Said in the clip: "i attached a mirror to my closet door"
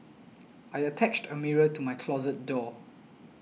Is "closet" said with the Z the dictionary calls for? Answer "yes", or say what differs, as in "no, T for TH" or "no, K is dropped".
yes